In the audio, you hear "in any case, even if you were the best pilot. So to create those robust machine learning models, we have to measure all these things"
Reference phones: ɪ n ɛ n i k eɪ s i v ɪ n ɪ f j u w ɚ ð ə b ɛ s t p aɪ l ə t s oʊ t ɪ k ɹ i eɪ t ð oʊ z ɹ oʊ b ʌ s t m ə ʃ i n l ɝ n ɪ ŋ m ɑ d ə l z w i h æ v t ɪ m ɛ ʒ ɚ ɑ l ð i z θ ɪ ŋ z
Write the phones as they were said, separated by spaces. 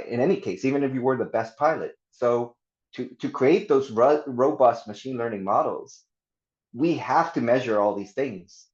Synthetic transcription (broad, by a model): ɪ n ɛ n i k eɪ s i v ɪ n ɪ f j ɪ w ɚ ð ə b ɛ s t p aɪ l ə t s oʊ t ɪ k ɹ i eɪ t ð oʊ z ɹ oʊ b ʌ s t m ə ʃ i n l ɝ n ɪ ŋ m ɑ d l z w i h æ f t ɪ m ɛ ʒ ɚ ɑ l ð i z θ ɪ ŋ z